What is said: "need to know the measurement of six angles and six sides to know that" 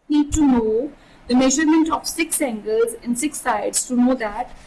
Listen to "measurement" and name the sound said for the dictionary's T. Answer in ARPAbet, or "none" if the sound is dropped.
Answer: T